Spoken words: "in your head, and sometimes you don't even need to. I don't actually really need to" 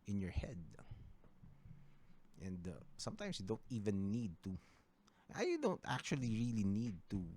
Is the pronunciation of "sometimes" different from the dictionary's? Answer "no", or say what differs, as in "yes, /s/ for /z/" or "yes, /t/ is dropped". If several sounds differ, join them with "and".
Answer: yes, /s/ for /z/